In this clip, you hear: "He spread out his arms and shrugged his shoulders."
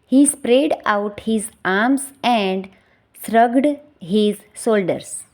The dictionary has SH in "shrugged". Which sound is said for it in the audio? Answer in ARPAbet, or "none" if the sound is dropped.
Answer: S